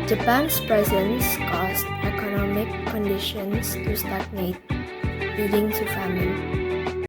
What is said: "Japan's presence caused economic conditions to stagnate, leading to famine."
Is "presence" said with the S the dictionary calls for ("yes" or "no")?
yes